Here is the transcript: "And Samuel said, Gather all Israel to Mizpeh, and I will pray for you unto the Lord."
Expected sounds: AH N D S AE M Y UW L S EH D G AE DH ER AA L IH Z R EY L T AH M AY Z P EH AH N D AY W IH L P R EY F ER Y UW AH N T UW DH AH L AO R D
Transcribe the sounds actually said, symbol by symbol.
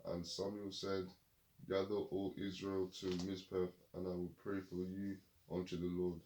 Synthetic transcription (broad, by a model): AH N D S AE M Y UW L S EH D G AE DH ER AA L IH Z R EY L T AH M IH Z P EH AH N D AY W IH L P R EY F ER Y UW AH N T UW DH AH L AO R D